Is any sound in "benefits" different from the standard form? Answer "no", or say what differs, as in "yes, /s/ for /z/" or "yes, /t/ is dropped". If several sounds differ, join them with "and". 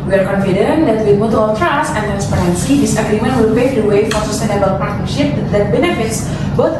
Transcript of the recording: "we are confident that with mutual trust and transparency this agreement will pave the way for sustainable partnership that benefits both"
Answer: no